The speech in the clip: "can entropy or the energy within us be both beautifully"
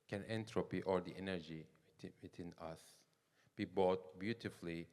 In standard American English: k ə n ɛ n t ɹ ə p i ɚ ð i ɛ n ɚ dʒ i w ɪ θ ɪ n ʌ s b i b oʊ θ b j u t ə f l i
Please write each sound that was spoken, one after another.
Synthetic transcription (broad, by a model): k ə n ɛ n t ɹ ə p i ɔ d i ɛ n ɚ dʒ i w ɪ t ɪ n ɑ s b i b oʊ t b j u t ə f l i